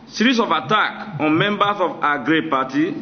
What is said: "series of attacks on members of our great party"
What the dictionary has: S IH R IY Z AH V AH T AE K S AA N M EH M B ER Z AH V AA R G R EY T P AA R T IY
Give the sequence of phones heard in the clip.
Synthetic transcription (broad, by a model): S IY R IY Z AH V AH T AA K AA N M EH M B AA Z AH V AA G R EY P AA T IY